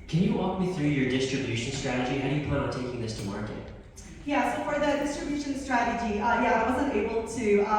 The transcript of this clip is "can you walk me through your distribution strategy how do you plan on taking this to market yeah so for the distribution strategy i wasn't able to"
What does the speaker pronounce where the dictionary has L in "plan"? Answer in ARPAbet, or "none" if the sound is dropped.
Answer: none